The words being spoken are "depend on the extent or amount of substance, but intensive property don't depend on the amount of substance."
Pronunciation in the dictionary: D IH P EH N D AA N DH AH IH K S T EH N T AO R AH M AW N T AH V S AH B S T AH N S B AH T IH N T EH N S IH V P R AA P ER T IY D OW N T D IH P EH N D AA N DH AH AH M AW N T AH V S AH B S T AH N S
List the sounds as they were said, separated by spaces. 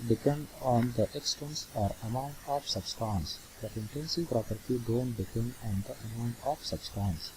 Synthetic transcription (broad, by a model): D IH P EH N D AA N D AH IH K S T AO N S AO R AH M AW N T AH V S AH B S T AH N S B AH T IH N T EH N S IH V P R AA P ER T IY D OW N T D IH P EH N D AA N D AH AH M AW N T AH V S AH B S T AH N S